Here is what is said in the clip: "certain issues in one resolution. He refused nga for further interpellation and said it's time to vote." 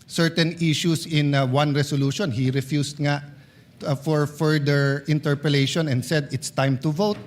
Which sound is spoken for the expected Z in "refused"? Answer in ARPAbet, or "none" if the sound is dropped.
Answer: S